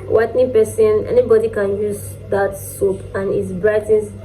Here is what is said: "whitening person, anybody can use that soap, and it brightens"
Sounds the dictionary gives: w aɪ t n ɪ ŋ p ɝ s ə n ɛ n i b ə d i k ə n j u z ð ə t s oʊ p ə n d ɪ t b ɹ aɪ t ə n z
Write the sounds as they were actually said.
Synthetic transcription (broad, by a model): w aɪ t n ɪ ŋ p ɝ s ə n ɛ n i b ə d i k ə n j u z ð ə t s oʊ p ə n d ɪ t b ɹ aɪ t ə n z